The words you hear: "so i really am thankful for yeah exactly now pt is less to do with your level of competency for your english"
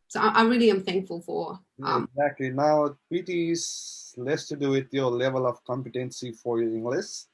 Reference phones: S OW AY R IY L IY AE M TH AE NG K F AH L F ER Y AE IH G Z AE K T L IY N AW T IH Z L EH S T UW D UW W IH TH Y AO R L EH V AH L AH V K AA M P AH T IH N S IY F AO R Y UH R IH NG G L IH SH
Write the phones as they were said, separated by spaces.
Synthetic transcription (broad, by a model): S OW AY R IY L IY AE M TH AE NG K F AH L F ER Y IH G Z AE K T L IY N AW T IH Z L EH S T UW D UW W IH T Y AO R L EH V AH L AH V K AA M P AH T IH N S IY F AO R Y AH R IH NG G L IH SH